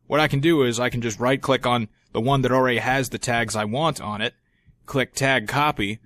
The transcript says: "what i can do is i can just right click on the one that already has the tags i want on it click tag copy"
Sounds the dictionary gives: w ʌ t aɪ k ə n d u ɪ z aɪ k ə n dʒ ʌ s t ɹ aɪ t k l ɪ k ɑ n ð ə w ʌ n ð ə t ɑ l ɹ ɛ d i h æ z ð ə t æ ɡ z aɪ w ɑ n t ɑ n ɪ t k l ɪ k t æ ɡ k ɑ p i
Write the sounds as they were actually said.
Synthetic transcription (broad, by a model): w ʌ t aɪ k ə n d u ɪ z aɪ k n dʒ ʌ s t ɹ aɪ t k l ɪ k n ð ə w ʌ n ð ə t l ɹ ɛ d i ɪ z ð ə t æ ɡ z aɪ w ɑ n t n ɪ t k l ɪ k t æ ɡ k ɑ p i